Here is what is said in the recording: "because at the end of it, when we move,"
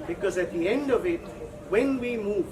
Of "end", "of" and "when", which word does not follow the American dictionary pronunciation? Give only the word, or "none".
none